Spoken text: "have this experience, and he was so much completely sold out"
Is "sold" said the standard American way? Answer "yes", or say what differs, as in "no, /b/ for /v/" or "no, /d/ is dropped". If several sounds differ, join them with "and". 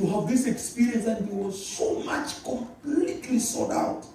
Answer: no, /l/ is dropped